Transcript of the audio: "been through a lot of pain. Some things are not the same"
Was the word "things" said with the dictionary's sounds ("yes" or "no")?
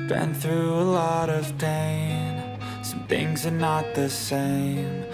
yes